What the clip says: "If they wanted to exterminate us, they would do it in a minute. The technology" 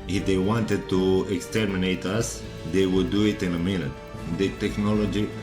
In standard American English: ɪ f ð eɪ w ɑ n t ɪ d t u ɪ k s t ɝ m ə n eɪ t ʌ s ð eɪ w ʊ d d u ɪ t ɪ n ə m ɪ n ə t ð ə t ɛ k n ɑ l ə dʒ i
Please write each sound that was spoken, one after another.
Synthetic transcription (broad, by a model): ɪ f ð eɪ w ɑ n t ɪ d t u ɪ k s t ɝ m ə n eɪ t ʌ s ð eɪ w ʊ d d u ɪ t ɪ n ə m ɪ l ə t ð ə t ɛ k n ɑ l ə dʒ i